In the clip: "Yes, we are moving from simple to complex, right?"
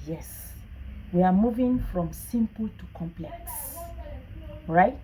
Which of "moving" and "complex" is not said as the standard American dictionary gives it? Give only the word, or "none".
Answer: none